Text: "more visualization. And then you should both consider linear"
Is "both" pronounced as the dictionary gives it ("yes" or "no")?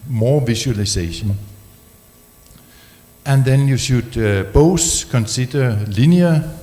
no